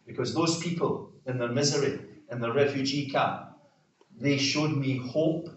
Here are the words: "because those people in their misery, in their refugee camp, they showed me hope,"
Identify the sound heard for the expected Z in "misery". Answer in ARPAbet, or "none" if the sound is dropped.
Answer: Z